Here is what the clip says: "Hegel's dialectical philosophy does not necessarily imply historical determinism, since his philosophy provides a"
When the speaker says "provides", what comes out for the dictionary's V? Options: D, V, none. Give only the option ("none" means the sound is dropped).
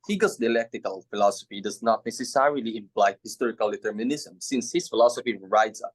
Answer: none